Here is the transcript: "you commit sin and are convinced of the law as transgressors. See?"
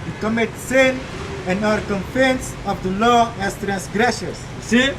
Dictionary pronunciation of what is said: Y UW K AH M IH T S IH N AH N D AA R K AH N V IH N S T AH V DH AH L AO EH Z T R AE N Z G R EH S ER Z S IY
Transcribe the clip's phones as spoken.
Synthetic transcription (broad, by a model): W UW K AH M IH T S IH N AH N D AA R K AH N F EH N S AH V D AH L AO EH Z T R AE N S G R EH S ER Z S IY